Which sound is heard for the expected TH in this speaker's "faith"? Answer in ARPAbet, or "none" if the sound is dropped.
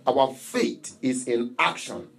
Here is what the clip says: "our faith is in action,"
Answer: T